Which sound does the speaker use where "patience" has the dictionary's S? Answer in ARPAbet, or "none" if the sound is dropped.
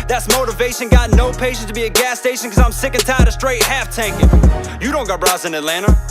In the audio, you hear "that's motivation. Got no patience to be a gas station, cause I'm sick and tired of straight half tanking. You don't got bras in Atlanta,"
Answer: none